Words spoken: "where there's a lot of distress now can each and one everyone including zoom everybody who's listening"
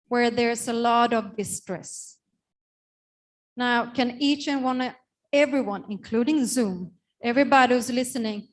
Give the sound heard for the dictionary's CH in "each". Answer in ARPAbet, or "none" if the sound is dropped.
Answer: CH